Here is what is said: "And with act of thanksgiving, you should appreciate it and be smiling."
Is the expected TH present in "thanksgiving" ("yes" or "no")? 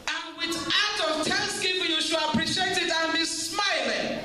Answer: no